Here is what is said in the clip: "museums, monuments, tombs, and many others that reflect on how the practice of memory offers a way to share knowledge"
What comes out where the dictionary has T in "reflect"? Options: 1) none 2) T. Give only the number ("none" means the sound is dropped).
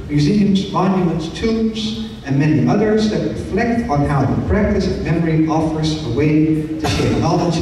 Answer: 2